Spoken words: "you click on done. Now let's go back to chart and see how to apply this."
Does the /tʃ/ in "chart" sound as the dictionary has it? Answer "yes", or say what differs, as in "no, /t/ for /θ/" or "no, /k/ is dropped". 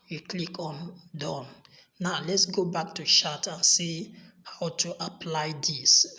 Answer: no, /ʃ/ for /tʃ/